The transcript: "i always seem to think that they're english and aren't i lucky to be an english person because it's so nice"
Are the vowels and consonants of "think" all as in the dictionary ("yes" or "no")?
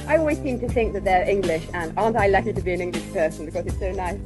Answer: yes